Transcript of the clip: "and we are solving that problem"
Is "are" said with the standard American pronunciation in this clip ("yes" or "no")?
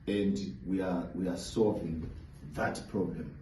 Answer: no